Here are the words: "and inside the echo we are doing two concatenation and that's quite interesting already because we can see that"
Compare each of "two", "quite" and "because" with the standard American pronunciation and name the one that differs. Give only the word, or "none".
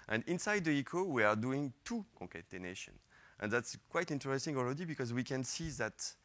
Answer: none